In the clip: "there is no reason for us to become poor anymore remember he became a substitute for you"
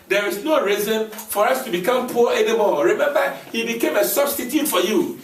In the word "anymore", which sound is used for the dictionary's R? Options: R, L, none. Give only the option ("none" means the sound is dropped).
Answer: L